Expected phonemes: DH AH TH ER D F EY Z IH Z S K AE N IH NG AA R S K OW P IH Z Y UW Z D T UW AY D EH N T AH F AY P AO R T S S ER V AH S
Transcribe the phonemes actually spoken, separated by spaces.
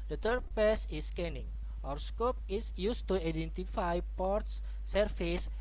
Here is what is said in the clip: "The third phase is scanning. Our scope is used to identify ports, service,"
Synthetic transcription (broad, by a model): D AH T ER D P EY S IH S K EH N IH NG AA R S K OW P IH S Y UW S T UW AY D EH N T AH F AY P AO R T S S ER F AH S